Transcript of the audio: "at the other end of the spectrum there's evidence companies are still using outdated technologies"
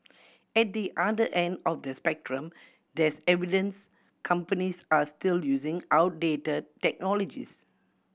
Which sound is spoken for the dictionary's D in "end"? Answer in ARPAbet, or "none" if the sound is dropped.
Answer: D